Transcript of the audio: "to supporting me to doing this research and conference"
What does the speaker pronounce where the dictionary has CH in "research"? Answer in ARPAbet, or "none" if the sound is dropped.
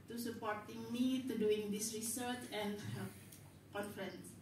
CH